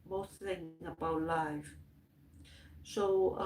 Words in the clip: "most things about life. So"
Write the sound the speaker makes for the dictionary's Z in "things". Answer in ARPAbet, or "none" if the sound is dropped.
none